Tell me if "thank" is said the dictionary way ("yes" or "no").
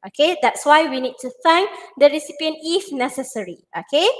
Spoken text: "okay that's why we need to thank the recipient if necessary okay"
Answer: no